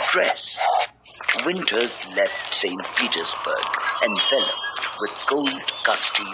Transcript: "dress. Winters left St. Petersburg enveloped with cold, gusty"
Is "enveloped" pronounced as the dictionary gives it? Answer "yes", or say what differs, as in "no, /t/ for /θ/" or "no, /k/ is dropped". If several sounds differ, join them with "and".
no, /f/ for /v/